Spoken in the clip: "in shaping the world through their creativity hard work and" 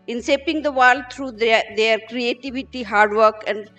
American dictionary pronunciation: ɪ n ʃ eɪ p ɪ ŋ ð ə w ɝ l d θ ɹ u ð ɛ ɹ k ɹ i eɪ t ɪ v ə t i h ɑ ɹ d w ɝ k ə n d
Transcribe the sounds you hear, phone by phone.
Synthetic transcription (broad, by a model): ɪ n s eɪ p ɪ ŋ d ə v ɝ l d t ɹ u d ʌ ɹ k ɹ i eɪ t ɪ v ə t i h ɑ ɹ d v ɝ k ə n d